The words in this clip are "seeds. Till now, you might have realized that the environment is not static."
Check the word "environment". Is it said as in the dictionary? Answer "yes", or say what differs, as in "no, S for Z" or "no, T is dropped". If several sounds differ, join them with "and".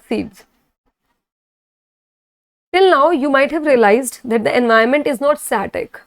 no, R is dropped